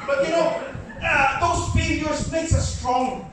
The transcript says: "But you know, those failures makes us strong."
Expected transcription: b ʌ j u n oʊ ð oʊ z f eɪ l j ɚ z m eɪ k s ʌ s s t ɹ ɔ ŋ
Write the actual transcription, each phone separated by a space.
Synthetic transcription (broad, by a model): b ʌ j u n oʊ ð oʊ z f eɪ j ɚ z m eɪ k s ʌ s s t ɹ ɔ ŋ